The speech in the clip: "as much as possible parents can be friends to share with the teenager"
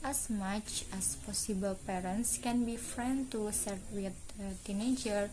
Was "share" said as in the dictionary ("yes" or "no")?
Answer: no